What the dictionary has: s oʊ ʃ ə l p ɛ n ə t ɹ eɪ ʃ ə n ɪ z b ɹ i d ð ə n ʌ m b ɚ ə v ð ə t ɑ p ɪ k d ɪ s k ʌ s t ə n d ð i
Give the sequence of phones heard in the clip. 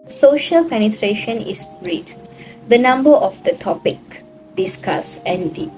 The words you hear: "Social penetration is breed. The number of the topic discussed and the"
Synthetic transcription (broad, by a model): s oʊ ʃ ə l p ɛ n ə t ɹ eɪ ʃ ə n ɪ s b ɹ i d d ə n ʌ m b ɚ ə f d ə t ɑ p ɪ k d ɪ s k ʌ s ə n d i